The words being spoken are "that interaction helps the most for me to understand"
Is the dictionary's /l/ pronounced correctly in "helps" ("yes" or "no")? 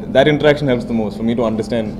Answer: yes